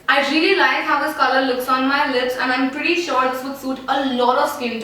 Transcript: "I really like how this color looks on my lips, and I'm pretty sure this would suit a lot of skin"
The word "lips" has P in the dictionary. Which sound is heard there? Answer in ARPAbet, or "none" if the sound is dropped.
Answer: P